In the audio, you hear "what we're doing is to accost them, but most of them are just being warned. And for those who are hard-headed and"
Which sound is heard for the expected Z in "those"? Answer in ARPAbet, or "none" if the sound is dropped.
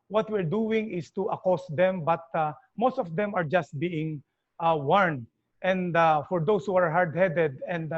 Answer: S